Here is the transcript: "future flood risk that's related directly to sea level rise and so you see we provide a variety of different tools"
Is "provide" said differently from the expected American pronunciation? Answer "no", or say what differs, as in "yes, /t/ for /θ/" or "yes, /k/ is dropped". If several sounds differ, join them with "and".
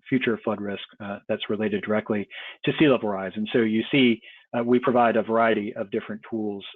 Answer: no